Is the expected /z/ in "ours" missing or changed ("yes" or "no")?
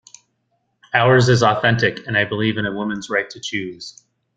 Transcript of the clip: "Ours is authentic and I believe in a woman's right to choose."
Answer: no